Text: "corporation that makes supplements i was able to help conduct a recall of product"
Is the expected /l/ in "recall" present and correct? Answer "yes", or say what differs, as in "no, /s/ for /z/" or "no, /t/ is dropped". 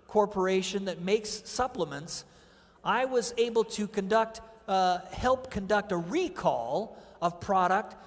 yes